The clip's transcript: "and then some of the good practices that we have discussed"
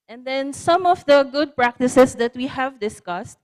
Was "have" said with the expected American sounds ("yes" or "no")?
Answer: yes